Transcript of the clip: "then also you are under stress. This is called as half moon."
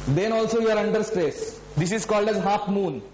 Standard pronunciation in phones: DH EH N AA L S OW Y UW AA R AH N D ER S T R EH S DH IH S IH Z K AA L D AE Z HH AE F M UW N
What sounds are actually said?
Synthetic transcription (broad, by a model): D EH N AA L S OW Y UW AA R AH N D ER S T R EH S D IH S IH Z K AA L D AE Z HH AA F M UW N